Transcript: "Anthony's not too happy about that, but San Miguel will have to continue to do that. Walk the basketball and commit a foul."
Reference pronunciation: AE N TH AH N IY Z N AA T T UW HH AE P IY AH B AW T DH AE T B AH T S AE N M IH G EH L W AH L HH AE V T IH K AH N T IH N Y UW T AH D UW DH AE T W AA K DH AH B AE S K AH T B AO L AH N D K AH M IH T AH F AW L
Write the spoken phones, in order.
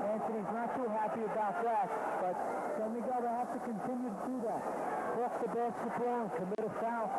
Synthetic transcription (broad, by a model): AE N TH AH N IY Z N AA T T UW HH AE P IY AH B AW T DH AE T B AH T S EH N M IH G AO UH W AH HH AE F T IH K AH N T IH N Y UW T AH D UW DH AE T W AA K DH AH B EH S AH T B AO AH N K AH M IH T AH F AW